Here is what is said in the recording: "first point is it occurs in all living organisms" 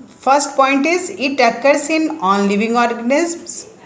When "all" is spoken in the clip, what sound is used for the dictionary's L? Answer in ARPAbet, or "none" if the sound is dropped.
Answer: N